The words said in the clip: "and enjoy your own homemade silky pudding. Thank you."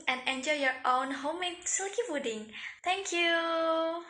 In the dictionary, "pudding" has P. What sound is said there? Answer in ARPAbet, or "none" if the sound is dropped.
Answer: F